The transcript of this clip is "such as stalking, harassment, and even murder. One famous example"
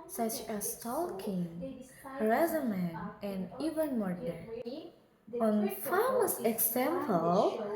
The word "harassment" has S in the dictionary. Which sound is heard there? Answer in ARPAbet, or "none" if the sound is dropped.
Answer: none